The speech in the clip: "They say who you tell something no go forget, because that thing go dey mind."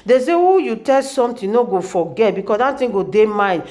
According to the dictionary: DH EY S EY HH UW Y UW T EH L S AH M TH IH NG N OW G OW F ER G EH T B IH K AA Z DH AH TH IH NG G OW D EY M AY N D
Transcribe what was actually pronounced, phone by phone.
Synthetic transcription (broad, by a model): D EY S EY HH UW Y UW T EH L S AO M T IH N OW G OW F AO G EH T B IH K AA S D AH T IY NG G OW D EY M AY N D